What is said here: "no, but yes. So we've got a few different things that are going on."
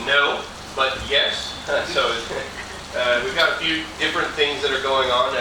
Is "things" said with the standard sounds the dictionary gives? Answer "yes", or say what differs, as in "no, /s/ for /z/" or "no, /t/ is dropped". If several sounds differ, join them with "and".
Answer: yes